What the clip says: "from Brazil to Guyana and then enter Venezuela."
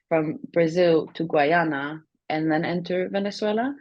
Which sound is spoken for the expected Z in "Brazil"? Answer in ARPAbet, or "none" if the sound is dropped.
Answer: Z